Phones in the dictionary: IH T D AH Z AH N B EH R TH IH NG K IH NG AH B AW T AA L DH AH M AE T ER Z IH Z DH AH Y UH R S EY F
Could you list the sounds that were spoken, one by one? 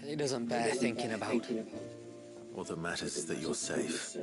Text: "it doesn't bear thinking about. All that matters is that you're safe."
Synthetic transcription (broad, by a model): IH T D AH Z AH N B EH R TH IH NG K IH NG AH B AW T AA L DH AH M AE T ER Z IH Z DH AH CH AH R S EY F